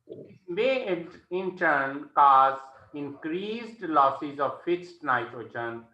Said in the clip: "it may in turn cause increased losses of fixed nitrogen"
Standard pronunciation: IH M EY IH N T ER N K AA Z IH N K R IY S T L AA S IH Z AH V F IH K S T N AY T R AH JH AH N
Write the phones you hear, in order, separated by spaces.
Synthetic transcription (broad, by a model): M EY IH N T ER N K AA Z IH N K R IY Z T L AA S IH Z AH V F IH S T N AY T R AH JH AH N